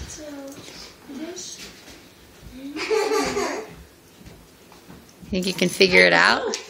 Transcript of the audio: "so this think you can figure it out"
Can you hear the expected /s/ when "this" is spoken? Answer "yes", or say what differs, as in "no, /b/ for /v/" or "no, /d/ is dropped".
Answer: no, /s/ is dropped